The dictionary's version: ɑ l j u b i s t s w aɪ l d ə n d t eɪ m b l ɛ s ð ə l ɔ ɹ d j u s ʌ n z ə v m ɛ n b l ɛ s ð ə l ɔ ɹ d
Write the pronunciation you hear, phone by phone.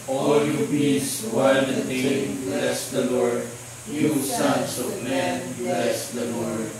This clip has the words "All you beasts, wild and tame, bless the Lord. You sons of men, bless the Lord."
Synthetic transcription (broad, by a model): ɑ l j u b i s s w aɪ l ə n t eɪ b l ɛ s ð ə l ɔ ɹ d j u s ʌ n s ə v m ɛ n b l ɛ s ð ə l ɔ ɹ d